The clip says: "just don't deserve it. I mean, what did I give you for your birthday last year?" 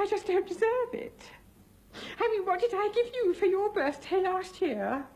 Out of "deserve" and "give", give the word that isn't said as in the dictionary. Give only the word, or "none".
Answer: none